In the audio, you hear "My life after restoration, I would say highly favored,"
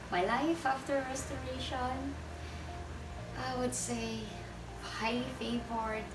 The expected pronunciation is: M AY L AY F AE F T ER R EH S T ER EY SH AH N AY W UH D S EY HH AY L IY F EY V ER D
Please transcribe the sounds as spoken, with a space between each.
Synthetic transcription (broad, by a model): M AY L AY F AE F T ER R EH S T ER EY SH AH N AY W UH D S EY HH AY IY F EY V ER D